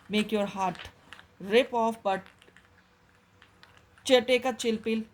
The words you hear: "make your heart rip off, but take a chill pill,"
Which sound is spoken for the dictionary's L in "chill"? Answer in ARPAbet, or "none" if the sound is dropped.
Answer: L